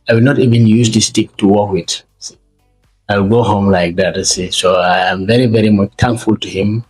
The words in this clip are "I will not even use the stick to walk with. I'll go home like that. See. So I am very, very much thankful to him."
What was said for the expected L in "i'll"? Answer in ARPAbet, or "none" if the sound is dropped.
W